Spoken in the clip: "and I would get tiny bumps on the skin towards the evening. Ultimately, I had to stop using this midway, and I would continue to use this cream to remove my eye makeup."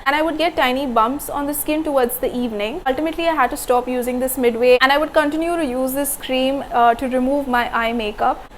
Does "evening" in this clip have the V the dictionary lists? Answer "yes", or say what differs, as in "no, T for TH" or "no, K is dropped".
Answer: yes